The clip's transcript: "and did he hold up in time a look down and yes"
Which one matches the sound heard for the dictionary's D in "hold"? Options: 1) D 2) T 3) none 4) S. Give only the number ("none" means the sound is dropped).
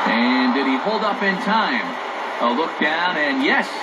1